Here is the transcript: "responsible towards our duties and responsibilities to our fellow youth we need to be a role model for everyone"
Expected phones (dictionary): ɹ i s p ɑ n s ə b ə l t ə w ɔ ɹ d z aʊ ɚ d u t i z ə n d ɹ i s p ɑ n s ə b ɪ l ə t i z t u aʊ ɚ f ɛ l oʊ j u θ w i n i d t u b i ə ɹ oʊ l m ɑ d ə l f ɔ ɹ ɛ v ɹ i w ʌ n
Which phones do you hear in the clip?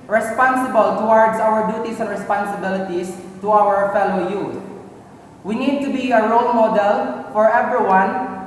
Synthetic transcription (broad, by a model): ɹ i s p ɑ n s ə b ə l t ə w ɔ ɹ d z aʊ ɚ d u t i s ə n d ɹ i s p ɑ n s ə b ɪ l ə t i s t u aʊ ɚ f ɛ l oʊ j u w i n i d t u b i ə ɹ oʊ l m ɑ d ə l f ɔ ɹ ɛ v ɹ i w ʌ n